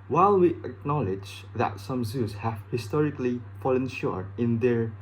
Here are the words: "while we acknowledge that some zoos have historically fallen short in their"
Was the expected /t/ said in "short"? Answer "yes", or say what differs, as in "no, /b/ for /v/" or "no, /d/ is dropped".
no, /t/ is dropped